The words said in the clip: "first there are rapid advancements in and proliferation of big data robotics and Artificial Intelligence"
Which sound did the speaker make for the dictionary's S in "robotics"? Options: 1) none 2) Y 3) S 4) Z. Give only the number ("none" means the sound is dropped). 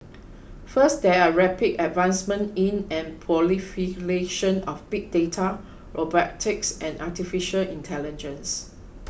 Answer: 3